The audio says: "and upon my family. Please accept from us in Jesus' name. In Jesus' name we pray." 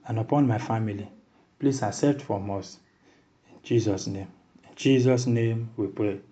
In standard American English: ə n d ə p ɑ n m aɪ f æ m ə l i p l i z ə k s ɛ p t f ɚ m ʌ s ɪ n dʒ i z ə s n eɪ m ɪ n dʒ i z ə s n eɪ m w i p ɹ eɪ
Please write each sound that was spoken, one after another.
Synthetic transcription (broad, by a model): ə n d ə p ɑ n m aɪ f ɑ m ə l i p l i s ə s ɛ t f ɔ m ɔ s ɪ n dʒ i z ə s n eɪ m ɪ n dʒ i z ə s n eɪ m w i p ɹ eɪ